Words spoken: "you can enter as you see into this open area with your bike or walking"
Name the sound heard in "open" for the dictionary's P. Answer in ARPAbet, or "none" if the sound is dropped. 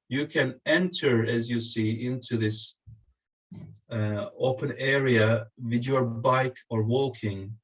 P